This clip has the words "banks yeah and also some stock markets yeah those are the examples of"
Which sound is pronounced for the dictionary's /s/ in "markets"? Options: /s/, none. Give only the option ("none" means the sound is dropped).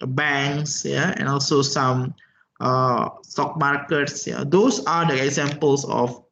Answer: /s/